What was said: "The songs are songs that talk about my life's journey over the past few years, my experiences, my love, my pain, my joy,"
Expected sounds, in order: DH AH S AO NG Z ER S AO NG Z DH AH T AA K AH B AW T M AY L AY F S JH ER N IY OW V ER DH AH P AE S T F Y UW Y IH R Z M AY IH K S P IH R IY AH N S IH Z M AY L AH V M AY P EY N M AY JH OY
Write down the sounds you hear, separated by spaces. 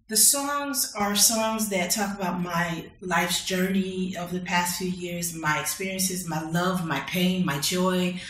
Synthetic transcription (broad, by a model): DH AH S AO NG Z ER S AO NG Z DH AH T AA K AH B AW T M AY L AY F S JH ER N IY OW V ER DH AH P AE S T F Y UW Y IH R Z M AY IH K S P IH R IY AH N S IH Z M AY L AH V M AY P EY N M AY JH OY